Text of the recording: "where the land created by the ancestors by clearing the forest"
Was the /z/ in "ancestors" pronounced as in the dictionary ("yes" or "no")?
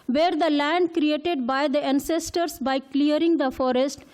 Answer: no